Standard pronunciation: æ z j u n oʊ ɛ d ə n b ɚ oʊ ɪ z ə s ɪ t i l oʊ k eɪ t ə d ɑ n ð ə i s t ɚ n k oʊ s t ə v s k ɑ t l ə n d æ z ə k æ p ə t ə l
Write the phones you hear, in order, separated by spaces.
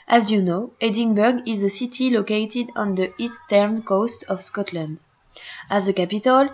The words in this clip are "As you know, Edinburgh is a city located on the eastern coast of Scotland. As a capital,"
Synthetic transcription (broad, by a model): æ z j u n oʊ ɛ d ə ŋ b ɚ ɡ ɪ z ə s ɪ t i l oʊ k eɪ t ə d ɑ n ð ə i s t ɚ n k oʊ s t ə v s k ɑ t l ə n d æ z ə k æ p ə t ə l